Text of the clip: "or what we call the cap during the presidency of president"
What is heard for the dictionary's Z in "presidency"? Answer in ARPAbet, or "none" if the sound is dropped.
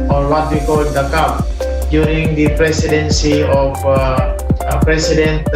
S